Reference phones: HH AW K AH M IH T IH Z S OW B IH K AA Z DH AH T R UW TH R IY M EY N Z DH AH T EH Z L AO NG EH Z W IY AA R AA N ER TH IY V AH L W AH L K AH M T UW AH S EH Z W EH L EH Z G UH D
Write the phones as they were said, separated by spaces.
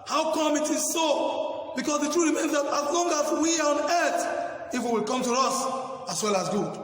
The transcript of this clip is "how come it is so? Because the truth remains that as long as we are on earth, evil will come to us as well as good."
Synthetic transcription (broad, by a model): HH AW K AH M IH T IH Z S OW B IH K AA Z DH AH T R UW R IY M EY N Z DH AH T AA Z L AO NG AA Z W IY AA R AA N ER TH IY F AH W AH L K AH M T UW AH S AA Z W EH L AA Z G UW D